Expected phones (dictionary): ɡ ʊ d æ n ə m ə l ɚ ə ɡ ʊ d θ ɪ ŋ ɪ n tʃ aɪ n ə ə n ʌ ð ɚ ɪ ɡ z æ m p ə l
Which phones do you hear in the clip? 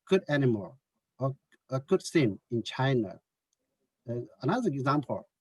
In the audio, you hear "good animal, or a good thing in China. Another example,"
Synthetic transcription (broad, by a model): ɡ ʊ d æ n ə m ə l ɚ ə ɡ ʊ d s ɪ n ɪ n tʃ aɪ n ə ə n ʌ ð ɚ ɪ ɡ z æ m p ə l